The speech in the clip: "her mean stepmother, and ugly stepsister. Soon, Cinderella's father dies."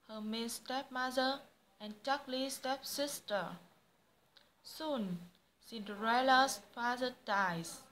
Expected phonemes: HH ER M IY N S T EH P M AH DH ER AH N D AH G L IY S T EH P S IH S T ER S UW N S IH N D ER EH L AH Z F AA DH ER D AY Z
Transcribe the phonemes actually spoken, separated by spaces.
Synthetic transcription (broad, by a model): HH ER M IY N S T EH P M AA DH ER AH N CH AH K L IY S T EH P S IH S T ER S UW N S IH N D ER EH L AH S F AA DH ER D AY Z